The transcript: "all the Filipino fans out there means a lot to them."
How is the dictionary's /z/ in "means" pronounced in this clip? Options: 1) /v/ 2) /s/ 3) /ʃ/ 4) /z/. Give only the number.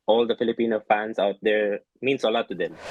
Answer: 2